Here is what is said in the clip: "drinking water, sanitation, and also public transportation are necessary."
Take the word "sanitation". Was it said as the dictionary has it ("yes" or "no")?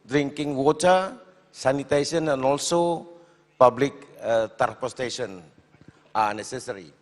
no